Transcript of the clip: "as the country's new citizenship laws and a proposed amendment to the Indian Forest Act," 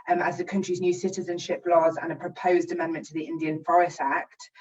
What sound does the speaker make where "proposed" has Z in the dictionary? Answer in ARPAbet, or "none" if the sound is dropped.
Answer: Z